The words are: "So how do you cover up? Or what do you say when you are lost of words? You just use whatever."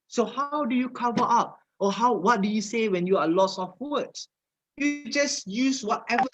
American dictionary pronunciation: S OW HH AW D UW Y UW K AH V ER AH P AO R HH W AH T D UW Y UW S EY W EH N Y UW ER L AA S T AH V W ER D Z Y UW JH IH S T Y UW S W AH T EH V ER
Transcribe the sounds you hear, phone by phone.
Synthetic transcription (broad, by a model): S OW HH AW D UW Y UW K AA V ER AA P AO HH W W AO T D UW Y UW S EY W EH N Y UW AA L AA S AH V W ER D S Y UW JH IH S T Y UW S W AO T EH V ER